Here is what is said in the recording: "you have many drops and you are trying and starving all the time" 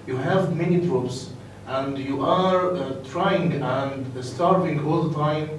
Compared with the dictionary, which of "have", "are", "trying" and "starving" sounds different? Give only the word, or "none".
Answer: none